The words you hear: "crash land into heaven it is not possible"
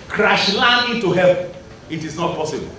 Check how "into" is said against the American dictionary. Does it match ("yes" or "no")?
no